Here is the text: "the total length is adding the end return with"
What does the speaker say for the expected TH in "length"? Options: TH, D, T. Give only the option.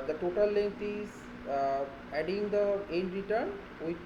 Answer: T